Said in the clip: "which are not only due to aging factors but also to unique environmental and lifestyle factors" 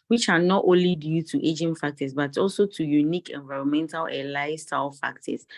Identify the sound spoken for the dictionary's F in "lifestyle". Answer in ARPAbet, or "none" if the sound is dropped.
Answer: none